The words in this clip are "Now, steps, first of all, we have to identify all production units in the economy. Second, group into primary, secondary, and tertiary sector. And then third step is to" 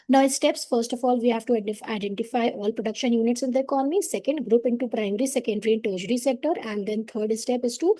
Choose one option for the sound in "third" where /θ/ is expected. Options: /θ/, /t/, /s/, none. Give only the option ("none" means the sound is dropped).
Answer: /t/